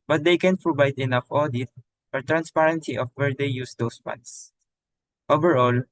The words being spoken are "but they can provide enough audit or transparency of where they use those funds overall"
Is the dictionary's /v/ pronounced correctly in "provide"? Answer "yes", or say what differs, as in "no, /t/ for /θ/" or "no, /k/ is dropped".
no, /b/ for /v/